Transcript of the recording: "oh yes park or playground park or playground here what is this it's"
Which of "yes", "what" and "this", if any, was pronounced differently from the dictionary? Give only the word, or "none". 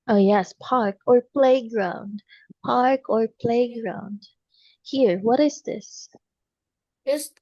none